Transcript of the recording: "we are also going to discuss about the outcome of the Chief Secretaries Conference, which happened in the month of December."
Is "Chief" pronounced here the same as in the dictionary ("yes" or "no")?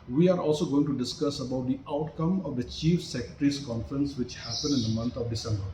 yes